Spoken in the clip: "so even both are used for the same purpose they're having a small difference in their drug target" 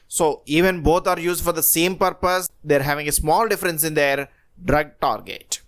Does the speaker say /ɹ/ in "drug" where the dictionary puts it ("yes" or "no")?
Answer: yes